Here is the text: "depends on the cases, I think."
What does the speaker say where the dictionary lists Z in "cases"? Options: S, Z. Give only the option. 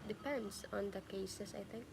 S